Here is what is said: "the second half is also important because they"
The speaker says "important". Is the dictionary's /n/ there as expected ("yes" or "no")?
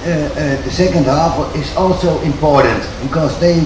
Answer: yes